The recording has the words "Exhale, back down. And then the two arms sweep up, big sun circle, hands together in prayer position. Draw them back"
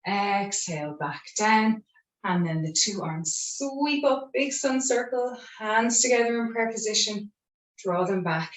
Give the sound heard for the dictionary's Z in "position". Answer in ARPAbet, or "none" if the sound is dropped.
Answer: Z